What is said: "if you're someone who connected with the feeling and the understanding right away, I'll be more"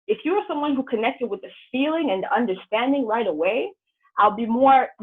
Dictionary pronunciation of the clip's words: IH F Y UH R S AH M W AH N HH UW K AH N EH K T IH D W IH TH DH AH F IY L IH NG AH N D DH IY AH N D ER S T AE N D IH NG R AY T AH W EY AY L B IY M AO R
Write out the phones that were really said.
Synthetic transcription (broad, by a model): IH F Y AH R S AH M W AH N HH UW K AH N EH K T IH D W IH DH AH F IY L IH NG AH N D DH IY AH N D ER S T AE N D IH NG R AY T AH W EY AY L B IY M AO R